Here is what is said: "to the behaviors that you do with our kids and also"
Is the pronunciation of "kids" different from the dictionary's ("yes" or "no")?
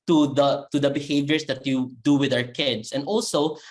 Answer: yes